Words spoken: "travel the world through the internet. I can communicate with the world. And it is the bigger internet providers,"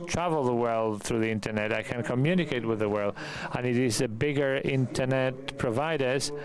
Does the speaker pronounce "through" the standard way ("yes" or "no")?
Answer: yes